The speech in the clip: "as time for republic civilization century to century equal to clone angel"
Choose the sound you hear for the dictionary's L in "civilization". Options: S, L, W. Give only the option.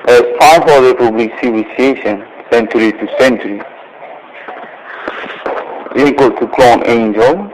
W